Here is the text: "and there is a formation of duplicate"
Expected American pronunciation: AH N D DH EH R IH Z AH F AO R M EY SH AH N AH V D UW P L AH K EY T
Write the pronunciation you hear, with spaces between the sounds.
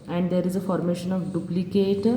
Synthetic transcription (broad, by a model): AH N D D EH R IH Z AH F AO R M EY SH AH N AH V D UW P L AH K EY T